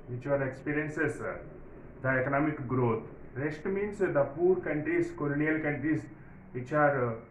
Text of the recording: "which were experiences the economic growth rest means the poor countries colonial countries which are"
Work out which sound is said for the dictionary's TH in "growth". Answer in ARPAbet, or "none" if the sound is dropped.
T